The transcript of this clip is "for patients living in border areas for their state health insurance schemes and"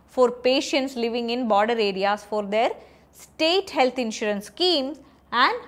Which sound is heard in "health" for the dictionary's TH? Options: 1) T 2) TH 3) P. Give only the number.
1